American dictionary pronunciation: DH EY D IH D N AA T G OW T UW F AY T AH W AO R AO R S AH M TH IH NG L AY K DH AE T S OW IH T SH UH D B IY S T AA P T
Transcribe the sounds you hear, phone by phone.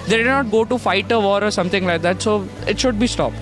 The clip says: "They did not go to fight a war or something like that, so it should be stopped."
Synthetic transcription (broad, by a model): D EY D IH D N AA T G OW T UW F AY T AH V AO R AO R S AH M T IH NG L AY K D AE T S OW IH T SH UH D B IY S T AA P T